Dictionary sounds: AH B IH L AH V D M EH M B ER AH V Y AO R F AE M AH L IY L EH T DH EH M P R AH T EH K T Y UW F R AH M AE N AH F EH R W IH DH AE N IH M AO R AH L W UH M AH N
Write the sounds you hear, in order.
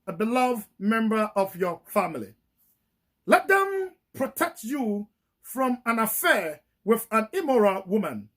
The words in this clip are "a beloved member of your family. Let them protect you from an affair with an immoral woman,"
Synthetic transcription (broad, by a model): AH B IH L AH V D M EH M B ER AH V Y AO F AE M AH L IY L EH T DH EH M P R AH T EH K T Y UW F R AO M AE N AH F EH W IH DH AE N IH M AO R AH L W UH M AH N